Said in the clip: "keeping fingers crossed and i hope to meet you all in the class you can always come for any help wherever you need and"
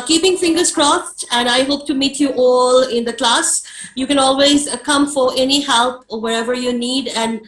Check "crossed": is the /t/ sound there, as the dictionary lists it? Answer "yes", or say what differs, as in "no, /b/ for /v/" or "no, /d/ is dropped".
yes